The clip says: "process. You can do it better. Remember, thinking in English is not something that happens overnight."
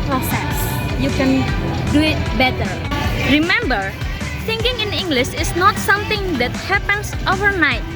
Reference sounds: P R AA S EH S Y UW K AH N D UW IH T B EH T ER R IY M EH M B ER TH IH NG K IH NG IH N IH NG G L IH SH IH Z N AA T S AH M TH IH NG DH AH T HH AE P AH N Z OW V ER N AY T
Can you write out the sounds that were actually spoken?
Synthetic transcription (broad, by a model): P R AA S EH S Y UW K AH N D UW IH T B EH T ER R IY M EH M B ER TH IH NG K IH NG IH N IH NG G L IH SH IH S N AA T S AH M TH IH NG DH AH T HH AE P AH N S OW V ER N AY T